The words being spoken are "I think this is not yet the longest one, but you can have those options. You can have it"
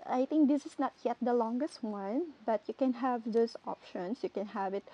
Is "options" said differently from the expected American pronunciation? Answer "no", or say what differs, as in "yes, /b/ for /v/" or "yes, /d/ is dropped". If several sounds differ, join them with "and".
yes, /s/ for /z/